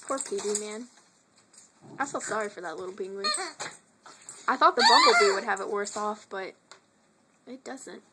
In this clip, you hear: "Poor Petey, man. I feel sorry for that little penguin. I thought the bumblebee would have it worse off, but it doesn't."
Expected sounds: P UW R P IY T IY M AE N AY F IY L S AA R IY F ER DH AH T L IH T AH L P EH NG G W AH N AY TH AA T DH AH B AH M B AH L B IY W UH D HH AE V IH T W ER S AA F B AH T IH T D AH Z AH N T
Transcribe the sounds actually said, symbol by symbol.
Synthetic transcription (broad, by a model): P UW R P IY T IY M AE N AY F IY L S AA R IY F ER DH AH T L IH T L B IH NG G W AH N AY TH AA T DH AH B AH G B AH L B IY W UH D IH V IH T W ER S AA F B AH T IH T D AH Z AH N T